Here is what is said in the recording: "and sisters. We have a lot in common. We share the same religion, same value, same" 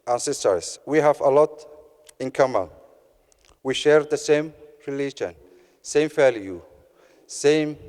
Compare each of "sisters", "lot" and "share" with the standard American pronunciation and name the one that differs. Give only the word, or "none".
sisters